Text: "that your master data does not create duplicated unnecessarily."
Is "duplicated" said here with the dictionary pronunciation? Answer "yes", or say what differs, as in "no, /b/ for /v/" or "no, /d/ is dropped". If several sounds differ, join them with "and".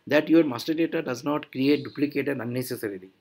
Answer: yes